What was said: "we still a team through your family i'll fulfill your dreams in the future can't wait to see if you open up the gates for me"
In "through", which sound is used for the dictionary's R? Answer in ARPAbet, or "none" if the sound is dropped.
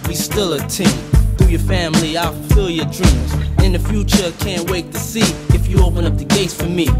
none